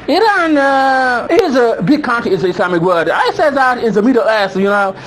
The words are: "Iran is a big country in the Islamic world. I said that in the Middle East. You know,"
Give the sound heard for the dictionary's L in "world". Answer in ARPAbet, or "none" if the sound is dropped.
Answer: none